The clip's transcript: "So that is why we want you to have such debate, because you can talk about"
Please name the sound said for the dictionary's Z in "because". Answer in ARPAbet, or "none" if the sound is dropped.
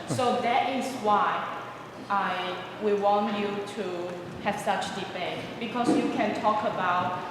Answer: S